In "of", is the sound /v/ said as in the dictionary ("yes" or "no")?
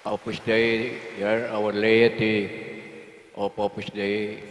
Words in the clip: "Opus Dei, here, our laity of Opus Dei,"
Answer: no